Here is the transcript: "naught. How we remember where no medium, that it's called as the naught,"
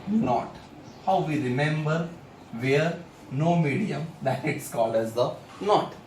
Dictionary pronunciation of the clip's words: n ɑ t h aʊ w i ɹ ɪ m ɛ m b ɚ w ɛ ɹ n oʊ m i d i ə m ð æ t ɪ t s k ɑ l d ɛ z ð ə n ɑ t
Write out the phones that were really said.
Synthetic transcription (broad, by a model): n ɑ t h aʊ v i ɹ ɪ m ɛ m b ɚ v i ɹ n oʊ m i d i ə m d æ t ɪ t s k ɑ l ɛ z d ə n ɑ t